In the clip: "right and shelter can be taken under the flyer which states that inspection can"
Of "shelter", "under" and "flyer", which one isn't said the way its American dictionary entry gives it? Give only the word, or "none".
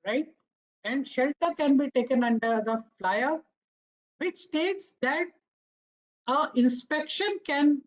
none